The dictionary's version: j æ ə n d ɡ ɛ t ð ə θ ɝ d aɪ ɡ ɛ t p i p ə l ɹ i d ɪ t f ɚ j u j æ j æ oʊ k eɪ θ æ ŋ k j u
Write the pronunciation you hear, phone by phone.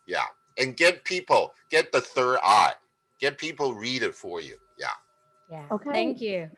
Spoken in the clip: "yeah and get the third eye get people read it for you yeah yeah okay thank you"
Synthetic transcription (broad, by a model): j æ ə n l ɡ ɛ t ð ə θ ɝ d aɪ ɡ ɛ t p i p l ɹ i d ɪ t f ɚ j u j æ j æ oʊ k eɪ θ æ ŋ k j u